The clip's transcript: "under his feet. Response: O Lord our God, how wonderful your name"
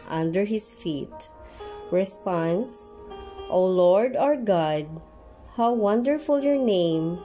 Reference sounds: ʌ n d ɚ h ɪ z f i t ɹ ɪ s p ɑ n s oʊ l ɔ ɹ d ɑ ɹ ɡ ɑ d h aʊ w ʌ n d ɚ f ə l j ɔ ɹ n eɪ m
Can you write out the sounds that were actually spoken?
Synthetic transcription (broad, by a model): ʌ n d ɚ h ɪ s f i t ɹ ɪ s p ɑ n s oʊ l ɔ ɹ d ɑ ɹ ɡ ɑ d h aʊ w ʌ n d ɚ f ə l j ɔ ɹ n eɪ m